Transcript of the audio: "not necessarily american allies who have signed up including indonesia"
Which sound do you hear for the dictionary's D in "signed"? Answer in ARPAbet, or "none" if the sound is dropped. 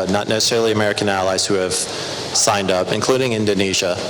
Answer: D